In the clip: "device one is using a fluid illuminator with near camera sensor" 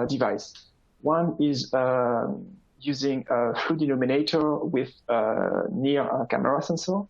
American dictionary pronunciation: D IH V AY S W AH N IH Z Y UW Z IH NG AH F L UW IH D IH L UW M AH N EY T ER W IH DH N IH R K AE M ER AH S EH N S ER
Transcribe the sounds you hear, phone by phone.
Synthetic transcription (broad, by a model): D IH V AY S W AH N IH Z Y UW Z IH NG AH F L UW D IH N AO M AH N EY T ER W IH DH N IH R K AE M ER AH S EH N S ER